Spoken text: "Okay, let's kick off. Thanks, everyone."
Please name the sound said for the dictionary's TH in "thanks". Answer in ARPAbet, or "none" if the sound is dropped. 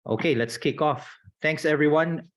T